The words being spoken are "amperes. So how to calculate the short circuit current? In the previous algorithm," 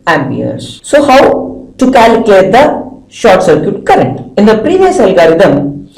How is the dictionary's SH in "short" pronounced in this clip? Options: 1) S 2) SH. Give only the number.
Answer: 2